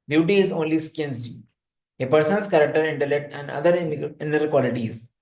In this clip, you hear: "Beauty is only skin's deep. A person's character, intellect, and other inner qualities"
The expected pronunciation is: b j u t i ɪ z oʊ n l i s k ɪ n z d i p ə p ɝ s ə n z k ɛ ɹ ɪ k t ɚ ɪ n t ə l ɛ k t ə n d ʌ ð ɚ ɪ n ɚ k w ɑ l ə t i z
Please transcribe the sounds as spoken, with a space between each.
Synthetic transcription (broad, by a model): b j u t i ɪ z oʊ n l i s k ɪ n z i ə p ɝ s ə n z k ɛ ɹ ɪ k t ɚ ɪ n t ə l ɛ k t ə n d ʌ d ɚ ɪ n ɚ k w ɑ l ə t i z